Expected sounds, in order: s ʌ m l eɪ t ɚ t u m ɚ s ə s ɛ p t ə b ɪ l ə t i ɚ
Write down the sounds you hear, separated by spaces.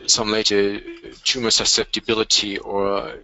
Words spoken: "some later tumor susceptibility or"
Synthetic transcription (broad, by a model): s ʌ m l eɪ t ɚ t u m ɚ s ə s ɛ p t ə b ɪ l ə t i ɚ